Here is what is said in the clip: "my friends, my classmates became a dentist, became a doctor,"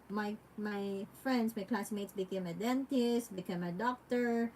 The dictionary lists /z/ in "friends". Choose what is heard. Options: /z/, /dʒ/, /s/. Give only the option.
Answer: /s/